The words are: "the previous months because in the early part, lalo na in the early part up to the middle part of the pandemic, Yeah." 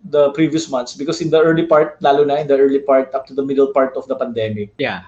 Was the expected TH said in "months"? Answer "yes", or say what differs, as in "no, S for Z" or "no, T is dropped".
no, T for TH